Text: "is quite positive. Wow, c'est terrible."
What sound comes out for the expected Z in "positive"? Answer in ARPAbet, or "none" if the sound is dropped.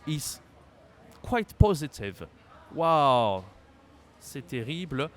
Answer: Z